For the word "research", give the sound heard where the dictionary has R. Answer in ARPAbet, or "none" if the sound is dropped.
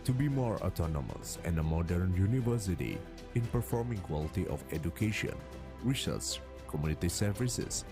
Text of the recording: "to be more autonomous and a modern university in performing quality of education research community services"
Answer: W